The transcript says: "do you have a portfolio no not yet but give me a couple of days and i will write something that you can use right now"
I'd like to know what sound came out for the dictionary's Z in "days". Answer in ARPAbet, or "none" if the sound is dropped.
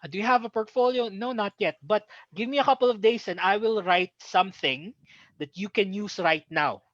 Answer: S